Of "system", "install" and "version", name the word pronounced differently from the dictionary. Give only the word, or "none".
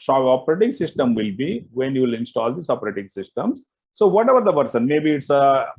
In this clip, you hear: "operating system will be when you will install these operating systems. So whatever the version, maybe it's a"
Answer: version